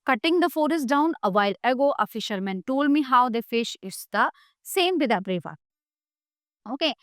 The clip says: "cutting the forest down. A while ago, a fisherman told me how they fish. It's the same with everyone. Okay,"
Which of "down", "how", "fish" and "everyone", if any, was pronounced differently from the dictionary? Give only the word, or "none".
everyone